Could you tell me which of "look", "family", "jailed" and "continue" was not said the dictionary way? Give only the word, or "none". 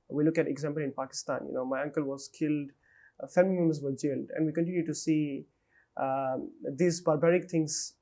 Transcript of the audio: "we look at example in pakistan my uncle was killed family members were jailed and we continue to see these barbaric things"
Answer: family